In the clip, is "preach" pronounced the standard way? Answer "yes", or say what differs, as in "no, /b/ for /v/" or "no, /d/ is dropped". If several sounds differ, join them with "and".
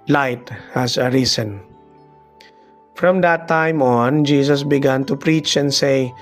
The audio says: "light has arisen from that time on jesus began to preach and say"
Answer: yes